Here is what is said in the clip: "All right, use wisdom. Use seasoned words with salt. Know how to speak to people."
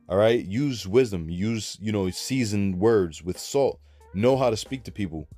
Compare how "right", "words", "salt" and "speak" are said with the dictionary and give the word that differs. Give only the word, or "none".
none